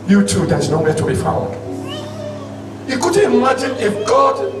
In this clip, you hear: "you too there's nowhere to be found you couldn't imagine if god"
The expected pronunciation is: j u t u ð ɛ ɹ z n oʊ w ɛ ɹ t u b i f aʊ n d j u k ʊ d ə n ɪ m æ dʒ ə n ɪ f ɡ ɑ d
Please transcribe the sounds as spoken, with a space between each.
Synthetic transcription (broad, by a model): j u t u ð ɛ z n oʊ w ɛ t u b i f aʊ d j u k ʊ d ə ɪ m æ dʒ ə n ɪ f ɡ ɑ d